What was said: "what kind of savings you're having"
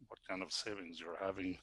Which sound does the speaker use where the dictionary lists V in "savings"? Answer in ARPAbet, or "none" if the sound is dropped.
V